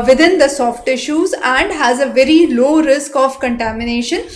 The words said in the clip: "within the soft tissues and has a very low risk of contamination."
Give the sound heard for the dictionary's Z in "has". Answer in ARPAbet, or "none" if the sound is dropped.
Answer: Z